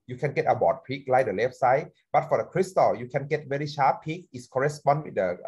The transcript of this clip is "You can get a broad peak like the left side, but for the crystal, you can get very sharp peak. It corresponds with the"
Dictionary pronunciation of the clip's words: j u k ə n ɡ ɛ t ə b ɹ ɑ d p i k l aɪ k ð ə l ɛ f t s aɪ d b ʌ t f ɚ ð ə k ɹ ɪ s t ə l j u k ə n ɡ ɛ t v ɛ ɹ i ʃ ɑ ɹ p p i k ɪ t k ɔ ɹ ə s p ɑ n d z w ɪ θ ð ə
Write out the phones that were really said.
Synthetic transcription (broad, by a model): j u k ə n ɡ ɛ t ə b ɑ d p i k l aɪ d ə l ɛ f s aɪ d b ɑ t f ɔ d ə k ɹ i s t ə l j u k ə n ɡ ɛ t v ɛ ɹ i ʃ ɑ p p i k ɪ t k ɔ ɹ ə s p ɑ n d w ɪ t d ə